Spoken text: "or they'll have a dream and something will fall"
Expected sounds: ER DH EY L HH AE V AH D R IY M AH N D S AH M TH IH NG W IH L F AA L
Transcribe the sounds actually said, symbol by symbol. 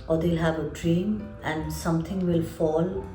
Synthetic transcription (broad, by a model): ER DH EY L HH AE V AH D R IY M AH N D S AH M T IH NG W IH L F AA L